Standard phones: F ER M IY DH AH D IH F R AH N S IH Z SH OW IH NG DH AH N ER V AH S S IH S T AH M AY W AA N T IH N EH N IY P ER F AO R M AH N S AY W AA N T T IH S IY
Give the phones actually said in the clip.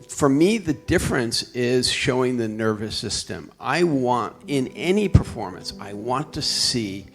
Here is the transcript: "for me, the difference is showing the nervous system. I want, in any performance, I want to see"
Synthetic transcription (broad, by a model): F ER M IY DH AH D IH F R AH N S IH Z SH OW IH NG DH AH N ER V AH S S IH S T AH M AY W AA N T IH N EH N IY P ER F AO R M AH N S AY W AA N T T IH S IY